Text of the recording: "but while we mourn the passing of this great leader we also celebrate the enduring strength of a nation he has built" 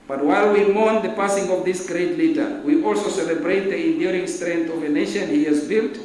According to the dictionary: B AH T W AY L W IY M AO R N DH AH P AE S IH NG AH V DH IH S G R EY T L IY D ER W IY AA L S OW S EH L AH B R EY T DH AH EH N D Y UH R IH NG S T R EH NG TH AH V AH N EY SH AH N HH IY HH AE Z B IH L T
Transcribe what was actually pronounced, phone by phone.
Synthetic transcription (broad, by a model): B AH T W AY L W IY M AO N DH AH P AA S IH NG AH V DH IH S G R EY T L IY D ER W IY AA L S OW S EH L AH B R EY T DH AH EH N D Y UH R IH NG S T R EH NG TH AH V AH N EY SH AH N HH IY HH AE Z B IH L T